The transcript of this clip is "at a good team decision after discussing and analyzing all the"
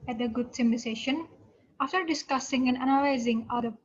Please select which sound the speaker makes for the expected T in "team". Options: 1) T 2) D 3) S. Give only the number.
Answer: 3